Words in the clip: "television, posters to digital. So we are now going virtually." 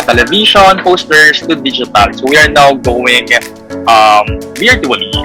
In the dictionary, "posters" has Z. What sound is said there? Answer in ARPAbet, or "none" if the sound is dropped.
S